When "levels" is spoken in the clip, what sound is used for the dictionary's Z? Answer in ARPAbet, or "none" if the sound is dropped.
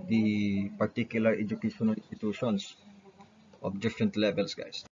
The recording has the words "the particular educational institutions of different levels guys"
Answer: S